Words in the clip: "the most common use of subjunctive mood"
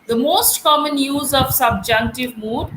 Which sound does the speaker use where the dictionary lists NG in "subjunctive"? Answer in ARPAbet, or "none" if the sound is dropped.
NG